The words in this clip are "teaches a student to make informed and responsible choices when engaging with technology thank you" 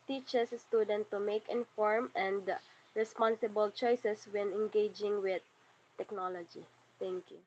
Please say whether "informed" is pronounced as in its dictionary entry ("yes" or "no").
no